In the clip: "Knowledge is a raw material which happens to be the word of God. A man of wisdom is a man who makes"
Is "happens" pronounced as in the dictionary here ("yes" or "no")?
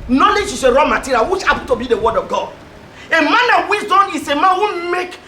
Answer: no